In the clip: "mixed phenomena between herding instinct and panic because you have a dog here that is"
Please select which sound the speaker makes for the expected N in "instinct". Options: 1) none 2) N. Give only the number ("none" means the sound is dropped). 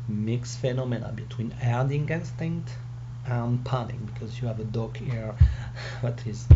2